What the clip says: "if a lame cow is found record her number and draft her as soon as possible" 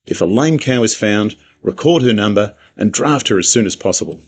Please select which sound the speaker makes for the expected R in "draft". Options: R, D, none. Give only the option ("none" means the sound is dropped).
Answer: R